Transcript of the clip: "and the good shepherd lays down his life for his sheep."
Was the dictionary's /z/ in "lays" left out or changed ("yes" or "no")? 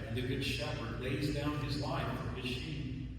no